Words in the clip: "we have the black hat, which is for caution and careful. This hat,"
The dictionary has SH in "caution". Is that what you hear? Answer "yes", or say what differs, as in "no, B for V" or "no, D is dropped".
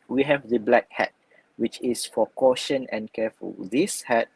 yes